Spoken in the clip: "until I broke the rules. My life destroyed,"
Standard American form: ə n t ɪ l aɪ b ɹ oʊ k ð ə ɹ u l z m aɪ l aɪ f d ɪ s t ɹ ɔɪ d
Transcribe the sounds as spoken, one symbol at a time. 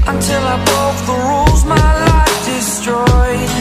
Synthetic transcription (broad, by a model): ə n t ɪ l aɪ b oʊ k ð ə ɹ u l z m aɪ l aɪ f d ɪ s t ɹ ɔɪ